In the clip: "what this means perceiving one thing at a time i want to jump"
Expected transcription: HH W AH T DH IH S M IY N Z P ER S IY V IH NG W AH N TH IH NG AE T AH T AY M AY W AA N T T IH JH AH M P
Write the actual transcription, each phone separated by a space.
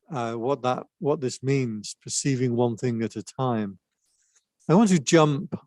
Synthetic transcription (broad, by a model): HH W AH T DH IH S M IY N Z P ER S IY V IH NG W AH N TH IH NG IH T AH T AY M AY W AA N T T IH JH AH M P